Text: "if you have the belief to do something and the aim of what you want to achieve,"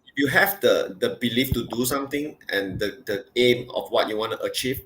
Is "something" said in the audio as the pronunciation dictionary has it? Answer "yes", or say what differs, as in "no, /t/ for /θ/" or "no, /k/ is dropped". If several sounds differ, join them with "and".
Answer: no, /t/ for /θ/